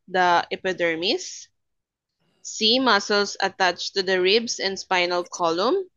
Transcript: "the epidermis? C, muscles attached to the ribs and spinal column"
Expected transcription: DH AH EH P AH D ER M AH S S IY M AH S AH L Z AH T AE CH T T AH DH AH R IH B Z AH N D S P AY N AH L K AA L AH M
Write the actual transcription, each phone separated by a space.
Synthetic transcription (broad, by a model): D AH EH P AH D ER M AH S S IY M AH S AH L S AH T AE CH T T AH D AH R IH B S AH N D S P AY N AH L K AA L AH M